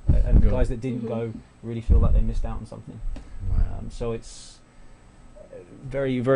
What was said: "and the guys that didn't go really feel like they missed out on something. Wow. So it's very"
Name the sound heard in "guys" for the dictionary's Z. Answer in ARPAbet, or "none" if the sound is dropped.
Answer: Z